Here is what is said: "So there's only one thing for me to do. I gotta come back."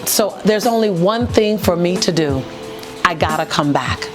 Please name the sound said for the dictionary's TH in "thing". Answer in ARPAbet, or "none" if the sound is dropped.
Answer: TH